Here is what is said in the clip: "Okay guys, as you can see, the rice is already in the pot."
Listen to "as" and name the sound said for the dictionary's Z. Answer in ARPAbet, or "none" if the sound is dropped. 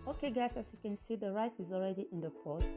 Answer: S